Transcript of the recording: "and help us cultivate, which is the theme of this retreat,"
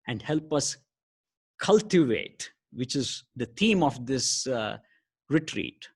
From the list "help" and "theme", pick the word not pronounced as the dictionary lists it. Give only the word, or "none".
theme